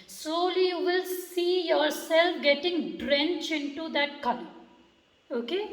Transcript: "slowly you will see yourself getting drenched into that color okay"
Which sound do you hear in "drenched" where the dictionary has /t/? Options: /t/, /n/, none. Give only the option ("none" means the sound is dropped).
none